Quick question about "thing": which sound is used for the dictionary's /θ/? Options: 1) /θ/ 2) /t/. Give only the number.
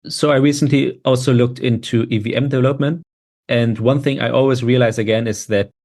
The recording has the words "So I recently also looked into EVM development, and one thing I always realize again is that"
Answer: 1